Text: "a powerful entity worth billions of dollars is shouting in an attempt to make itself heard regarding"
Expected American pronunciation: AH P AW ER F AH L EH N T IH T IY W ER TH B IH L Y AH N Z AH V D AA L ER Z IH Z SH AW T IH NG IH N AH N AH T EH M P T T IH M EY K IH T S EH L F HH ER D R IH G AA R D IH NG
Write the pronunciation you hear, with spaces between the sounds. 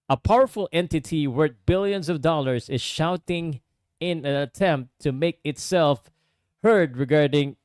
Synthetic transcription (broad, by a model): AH P AW ER F AH L EH N T IH T IY W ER T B IH L Y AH N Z AH V D AA L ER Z IH Z SH AW T IH NG IH N AH N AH T EH M P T T IH M EY K IH T S EH L F HH ER D R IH G AA R D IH NG